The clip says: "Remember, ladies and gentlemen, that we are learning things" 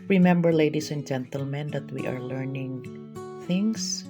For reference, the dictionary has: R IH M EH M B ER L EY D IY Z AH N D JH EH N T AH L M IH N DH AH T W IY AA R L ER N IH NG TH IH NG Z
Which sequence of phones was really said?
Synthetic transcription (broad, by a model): R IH M EH M B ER L EY D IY S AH N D JH EH N T AH L M IH N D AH T W IY AA R L ER N IH NG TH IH NG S